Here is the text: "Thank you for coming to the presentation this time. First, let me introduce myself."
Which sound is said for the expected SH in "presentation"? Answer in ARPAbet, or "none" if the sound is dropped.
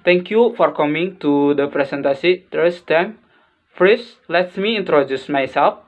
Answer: S